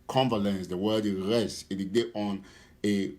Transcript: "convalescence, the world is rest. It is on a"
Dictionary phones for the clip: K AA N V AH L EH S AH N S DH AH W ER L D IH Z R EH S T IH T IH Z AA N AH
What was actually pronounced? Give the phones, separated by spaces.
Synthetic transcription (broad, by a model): K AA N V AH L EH N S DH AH W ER D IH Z R EH S T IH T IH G AA N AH